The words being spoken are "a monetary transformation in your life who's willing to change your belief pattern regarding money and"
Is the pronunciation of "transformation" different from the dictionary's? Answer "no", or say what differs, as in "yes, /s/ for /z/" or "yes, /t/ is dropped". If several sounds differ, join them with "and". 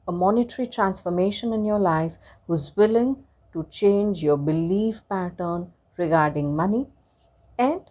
no